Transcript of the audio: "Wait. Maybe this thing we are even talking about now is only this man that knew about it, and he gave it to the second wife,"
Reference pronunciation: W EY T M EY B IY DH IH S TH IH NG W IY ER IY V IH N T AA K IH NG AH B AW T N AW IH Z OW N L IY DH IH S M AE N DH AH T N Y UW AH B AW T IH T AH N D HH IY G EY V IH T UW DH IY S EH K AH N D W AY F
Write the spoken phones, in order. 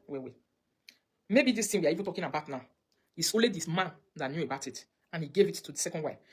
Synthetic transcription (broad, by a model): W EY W M EY B IY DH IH S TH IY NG W IY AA IY V IH N T AA K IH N AH B AW T N AW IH S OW L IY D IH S M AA N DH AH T N Y UW AH B AW T IH T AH N HH IY G EY V IH T UW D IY S EH K AH N D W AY